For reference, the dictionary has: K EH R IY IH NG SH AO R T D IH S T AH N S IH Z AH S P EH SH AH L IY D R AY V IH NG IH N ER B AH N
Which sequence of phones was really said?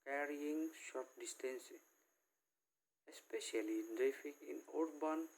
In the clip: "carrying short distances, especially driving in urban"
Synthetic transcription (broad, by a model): K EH R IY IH NG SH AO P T D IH S T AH N S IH S P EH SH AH L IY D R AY F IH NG IH N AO B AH N